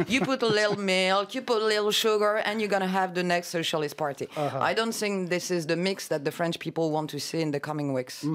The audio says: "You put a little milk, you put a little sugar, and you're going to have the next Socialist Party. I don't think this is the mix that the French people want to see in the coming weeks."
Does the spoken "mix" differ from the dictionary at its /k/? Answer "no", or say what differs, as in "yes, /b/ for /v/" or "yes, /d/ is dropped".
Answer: no